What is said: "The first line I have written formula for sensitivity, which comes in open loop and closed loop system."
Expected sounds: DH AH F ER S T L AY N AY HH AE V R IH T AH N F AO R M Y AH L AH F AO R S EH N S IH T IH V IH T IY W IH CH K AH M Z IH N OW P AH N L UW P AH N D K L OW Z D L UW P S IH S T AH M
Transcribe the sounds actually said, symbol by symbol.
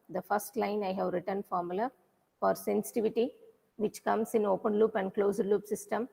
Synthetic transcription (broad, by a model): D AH F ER S T L AY N AY HH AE V R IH T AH N F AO R M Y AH L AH F AO R S EH N S IH T IH V IH T IY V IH CH K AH M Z IH N OW P AH N L UW P AH N D K L OW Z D L UW P S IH S T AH M